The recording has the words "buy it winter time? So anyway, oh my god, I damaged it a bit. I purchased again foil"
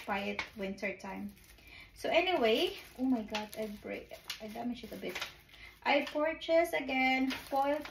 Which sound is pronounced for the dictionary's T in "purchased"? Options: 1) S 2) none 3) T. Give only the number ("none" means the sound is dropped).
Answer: 2